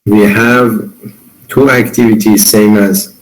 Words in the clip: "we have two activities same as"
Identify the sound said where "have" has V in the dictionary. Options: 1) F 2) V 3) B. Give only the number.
2